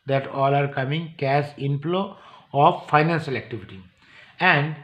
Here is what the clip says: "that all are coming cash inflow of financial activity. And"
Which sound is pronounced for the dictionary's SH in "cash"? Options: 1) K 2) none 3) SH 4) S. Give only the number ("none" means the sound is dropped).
4